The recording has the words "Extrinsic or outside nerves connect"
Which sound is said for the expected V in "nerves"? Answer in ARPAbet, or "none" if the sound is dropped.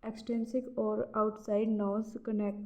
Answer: none